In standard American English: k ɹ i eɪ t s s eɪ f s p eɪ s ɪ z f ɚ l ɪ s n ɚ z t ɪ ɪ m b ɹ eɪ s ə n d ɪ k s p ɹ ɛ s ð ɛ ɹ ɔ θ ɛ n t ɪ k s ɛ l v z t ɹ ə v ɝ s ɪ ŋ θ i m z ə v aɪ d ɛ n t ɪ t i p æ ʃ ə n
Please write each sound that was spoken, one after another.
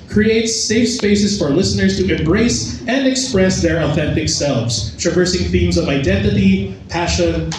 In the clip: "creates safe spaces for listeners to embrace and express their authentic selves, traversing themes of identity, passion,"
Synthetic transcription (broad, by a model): k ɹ i eɪ t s s eɪ f s p eɪ s ɪ z f ɚ l ɪ s n ɚ z t ɪ ɪ m b ɹ eɪ s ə n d ɪ k s p ɹ ɛ s ð ɛ ɹ ɔ θ ɛ n t ɪ k s ɛ l v z t ɹ ə v ɝ s ɪ ŋ θ i m z ə v aɪ d ɛ n t ɪ t i p æ ʃ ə n